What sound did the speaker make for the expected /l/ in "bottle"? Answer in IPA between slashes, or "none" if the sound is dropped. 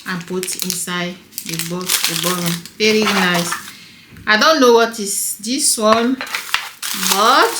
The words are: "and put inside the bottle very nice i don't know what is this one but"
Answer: /n/